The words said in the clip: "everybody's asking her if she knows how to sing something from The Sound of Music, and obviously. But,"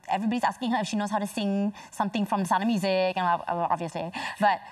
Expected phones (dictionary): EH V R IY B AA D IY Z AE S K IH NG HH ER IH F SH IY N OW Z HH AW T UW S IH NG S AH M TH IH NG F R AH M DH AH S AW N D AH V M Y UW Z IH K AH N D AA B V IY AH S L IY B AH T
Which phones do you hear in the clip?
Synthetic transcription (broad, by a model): EH V R IY B AA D IY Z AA S K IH NG HH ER IH F SH IY N OW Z HH AW T UW S IH NG S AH M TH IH NG F R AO M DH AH S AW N AH M Y UW Z IH K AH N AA AA B V IY AH S L IY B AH T